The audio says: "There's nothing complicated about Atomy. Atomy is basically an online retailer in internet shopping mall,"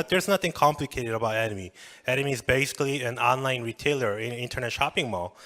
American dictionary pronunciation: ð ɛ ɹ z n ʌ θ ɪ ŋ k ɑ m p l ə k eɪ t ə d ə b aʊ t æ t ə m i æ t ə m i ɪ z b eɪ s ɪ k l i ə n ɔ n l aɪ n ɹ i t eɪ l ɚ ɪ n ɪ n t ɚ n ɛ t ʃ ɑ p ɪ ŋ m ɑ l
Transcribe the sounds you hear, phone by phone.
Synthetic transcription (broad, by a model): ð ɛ ɹ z n ʌ θ ɪ ŋ k ɑ m p l ə k eɪ t ə d ə b aʊ t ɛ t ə m i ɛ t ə m i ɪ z b eɪ s ɪ k l i ə n ɔ n l aɪ n ɹ i t eɪ l ɚ ɪ n ɪ n t ɚ n ɛ t ʃ ɑ p ɪ ŋ m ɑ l